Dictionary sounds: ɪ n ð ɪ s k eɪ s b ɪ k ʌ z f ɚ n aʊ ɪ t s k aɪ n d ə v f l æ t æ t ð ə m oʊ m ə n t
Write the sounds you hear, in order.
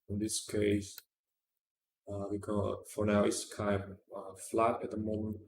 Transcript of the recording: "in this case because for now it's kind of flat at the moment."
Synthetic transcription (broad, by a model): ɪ n ð ɪ s k eɪ s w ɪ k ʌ f ɚ n aʊ ɪ t s k aɪ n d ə f l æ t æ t ð ə m oʊ m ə n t